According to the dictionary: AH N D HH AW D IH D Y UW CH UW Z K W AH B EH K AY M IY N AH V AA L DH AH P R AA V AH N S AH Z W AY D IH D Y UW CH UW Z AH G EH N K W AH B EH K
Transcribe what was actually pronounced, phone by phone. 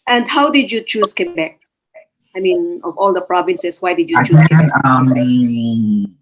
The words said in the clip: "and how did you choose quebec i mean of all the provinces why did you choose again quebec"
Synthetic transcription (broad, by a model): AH N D HH AW D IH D Y UW CH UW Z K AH B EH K AY M IY N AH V AA L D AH P R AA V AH N S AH S W AY D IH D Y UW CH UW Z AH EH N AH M